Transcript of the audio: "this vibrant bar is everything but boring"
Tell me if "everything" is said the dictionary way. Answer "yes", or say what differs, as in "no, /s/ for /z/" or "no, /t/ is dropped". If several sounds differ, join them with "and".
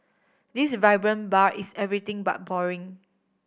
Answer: no, /t/ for /θ/